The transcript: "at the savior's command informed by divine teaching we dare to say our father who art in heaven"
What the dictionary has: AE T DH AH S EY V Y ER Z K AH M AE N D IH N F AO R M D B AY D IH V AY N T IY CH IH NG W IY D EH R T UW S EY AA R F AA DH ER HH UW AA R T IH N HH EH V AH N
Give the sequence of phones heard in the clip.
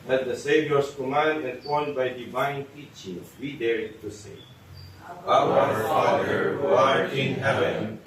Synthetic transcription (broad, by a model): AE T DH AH S EY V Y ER S K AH M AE N D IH N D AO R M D B AY D IH V AY N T IY CH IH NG W IY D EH R T UW S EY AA W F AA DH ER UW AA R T IH N HH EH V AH N